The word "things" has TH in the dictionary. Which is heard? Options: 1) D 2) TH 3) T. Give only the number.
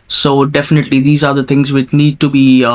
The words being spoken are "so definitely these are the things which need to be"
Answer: 3